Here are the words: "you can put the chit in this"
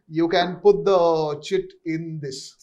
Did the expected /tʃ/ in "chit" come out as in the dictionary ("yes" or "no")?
yes